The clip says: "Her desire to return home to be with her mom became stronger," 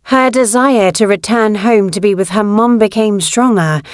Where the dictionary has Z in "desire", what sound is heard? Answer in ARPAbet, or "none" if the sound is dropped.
Z